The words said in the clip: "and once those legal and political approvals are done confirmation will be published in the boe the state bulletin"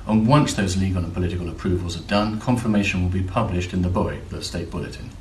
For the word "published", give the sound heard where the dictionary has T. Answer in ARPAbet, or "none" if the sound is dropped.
T